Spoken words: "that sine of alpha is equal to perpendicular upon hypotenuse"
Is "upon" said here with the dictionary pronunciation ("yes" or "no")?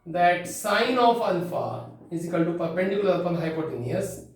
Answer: no